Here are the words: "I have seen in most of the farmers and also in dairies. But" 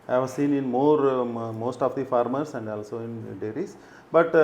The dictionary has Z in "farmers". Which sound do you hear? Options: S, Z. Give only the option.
S